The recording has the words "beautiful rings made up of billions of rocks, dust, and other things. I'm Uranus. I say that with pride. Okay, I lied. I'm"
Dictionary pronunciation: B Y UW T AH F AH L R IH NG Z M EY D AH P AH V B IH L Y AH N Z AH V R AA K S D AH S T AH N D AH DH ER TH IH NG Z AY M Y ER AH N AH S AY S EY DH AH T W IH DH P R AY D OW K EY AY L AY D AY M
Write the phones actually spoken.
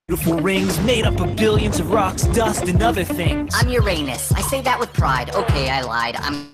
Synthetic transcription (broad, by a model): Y T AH F L R IH NG Z M EY D AH P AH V B IH L Y AH N Z AH V R AA K S D AH S T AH N AH DH ER TH IH NG AY M Y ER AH N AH S AY S EY DH AH T W IH DH P R AY D OW K EY AY L AY D AY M